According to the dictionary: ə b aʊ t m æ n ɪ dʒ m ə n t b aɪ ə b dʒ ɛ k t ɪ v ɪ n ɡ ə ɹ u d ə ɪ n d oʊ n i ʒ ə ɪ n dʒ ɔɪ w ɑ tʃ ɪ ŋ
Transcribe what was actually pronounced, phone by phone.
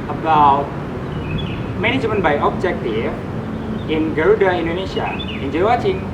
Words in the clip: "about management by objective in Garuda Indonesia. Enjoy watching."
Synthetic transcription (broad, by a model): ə b aʊ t m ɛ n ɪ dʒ m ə n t b aɪ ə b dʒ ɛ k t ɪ ɪ n ɡ ə ɹ u d ə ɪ n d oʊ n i ʃ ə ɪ n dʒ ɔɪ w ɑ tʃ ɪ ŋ